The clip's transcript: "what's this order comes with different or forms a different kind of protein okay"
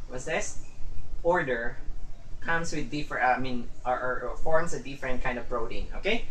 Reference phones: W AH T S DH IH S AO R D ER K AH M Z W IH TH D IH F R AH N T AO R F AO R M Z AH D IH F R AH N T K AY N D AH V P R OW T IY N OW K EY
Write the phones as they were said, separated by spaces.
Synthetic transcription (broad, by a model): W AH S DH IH S AO R D ER K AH M S W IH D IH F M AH N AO AO R F AO R M S AH D IH F R AH N T K AY N D AH V R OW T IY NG OW K EY